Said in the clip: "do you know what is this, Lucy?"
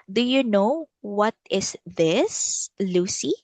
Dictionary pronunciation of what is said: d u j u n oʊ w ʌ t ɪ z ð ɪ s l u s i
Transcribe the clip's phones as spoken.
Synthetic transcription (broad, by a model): d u j u n oʊ w ʌ t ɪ s ð ɪ s l u s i